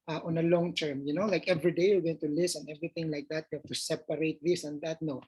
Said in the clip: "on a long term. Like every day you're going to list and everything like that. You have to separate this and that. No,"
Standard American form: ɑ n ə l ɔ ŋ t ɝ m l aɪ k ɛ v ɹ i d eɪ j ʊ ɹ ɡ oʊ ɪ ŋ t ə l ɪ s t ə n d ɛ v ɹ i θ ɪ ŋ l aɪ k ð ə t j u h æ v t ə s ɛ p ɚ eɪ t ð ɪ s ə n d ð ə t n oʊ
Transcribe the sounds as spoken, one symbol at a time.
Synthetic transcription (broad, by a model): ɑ n ə l ɔ ŋ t ɝ m l aɪ k ɛ v ɹ i d eɪ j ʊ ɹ ɡ oʊ ɪ ŋ t ə l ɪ s ə n ɛ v ɹ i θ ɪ ŋ l aɪ k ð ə t j u h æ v t ə s ɛ p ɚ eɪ t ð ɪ s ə n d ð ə t n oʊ